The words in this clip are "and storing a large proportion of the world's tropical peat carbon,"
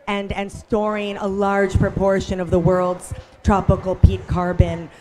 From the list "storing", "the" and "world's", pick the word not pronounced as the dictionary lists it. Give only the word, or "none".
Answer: none